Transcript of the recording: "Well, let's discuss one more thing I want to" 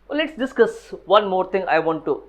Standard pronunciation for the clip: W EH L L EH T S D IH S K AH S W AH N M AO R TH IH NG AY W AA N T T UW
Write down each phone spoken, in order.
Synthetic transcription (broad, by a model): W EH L L EH T S D IH S K AH S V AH N M AO R T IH NG AY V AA N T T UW